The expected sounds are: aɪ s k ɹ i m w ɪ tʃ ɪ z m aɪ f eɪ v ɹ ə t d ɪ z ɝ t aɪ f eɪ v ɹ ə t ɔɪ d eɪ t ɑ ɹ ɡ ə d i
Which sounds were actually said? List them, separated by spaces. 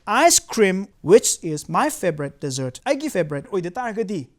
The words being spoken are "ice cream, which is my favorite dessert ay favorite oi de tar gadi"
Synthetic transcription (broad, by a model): aɪ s k ɹ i m w ɪ tʃ ɪ z m aɪ f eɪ b ɹ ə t d ɪ z ɝ t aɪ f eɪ b ɹ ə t ɔɪ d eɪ t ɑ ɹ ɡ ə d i